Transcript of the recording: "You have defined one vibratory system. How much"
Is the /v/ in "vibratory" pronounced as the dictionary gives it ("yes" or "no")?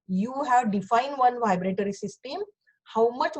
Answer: yes